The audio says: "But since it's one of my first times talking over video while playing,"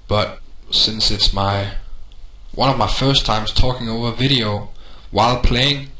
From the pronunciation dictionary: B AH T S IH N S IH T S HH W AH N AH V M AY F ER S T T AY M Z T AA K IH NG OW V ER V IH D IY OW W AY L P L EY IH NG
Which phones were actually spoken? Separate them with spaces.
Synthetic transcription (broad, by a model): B AH T S IH N S IH T S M W AH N AH V M AY F ER S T T AY M Z T AA K IH NG OW V ER V IH D IY OW W AY L P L EY IH NG